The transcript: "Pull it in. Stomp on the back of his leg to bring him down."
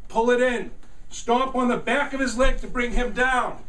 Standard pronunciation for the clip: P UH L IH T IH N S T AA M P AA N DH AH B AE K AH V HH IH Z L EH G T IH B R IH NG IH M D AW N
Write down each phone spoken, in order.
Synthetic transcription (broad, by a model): P UH L IH T IH N S T AA P N DH AH B AE K AH V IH Z L EH G T IH B R IH NG IH M D AW N